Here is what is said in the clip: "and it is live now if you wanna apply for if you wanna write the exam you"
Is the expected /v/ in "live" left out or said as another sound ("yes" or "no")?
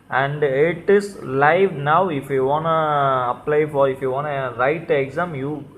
no